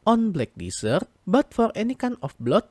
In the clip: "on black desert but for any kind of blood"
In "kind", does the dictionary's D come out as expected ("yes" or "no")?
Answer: no